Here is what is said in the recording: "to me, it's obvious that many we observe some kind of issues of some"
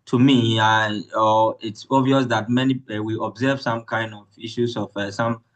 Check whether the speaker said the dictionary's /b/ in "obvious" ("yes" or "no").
no